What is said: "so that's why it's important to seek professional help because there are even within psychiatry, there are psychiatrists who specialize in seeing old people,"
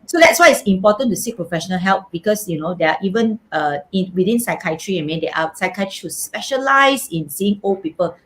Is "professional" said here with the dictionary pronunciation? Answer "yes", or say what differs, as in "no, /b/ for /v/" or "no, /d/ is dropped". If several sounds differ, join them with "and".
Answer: yes